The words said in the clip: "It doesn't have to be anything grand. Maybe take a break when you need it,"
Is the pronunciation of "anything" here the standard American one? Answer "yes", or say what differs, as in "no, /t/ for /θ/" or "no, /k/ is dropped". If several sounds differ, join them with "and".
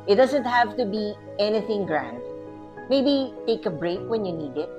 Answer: yes